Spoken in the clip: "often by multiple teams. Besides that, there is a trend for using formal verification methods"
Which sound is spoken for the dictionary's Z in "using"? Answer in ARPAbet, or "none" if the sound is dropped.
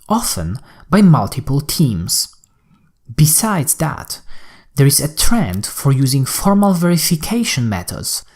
Z